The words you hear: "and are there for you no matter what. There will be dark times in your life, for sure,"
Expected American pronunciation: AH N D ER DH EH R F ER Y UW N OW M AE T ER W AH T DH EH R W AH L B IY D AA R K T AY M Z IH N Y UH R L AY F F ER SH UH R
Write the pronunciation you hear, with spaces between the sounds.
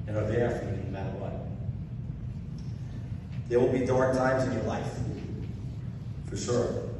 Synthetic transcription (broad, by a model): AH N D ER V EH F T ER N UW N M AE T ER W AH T DH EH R W AH L B IY D AA R K T AY M Z IH N Y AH R L AY F F ER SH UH R